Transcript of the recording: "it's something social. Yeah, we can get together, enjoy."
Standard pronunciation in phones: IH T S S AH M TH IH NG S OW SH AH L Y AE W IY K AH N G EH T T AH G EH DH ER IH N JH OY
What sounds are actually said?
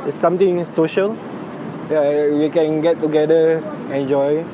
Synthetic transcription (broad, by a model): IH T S S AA M T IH NG S OW SH AH L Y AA W IY K AH N G EH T T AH G EH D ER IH N JH OY